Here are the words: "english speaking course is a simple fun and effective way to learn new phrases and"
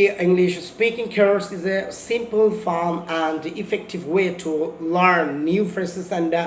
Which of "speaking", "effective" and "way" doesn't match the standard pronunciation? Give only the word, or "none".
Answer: none